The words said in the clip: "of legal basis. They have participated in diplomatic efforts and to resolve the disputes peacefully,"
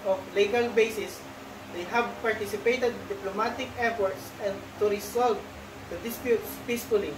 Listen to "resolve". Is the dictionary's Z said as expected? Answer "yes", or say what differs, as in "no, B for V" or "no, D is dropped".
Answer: no, S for Z